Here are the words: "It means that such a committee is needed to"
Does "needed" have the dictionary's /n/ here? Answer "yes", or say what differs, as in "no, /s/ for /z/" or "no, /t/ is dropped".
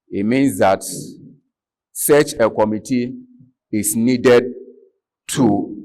yes